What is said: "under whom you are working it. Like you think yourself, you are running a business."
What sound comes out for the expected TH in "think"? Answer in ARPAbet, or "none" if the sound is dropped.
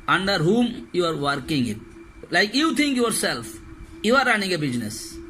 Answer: T